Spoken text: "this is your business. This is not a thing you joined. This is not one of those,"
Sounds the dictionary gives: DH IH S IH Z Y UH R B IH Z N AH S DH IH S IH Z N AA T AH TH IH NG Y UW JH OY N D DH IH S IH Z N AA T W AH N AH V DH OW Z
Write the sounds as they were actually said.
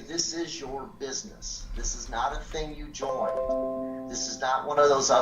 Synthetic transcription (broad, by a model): DH IH S IH Z Y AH R B IH Z N AH S DH IH S IH Z N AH T AH TH IH NG Y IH JH OY N DH IH S IH Z N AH T W AH N AH V DH OW Z